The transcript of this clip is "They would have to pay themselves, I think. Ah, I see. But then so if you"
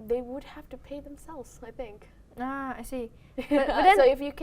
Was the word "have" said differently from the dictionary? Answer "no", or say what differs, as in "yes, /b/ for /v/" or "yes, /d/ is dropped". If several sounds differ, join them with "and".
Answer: yes, /f/ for /v/